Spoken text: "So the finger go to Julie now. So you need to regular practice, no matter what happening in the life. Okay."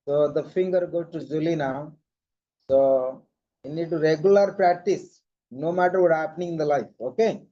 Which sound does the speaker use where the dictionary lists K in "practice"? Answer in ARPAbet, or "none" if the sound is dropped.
K